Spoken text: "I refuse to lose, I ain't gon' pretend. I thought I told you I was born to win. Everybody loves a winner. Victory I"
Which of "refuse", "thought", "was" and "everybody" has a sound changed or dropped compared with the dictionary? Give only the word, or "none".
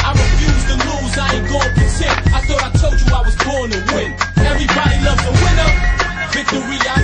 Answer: none